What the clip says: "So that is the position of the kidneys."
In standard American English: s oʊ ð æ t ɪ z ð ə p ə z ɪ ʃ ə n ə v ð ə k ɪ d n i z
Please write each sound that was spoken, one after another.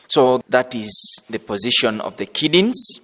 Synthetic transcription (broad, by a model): s oʊ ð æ t ɪ z ð ə p ə z ɪ ʃ ə n ə v ð ə k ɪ d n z